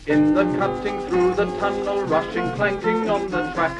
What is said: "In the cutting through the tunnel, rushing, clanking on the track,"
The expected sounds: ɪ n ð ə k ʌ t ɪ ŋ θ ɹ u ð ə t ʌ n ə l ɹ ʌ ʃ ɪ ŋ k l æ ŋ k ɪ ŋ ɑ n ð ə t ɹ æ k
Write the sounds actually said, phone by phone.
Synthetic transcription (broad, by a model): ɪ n ð ə k ʌ t ɪ ŋ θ ɹ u ð ə t ʌ n ə l ɹ ʌ ʃ ɪ ŋ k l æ ŋ k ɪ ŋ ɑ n ð ə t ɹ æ k